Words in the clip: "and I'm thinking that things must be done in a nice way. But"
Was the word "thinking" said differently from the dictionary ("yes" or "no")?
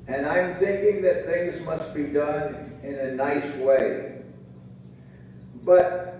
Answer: no